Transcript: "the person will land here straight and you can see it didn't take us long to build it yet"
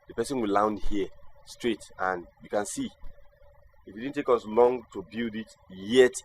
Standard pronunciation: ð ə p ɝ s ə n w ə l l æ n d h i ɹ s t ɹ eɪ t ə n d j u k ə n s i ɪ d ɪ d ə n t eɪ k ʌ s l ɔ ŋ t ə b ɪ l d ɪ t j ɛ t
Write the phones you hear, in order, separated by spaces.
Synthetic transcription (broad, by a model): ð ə p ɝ s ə n w ə l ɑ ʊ n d h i s t ɹ eɪ t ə n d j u k ə n s i ɪ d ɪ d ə n t eɪ k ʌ s l ɔ ŋ t ə b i l d ɪ t j ɛ t